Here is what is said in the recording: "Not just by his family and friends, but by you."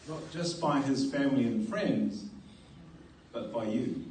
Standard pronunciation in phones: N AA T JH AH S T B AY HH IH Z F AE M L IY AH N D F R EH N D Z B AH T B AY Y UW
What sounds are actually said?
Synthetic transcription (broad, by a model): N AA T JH AH S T B AY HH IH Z F AE M L IY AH N F R EH N D Z B AH T B AY Y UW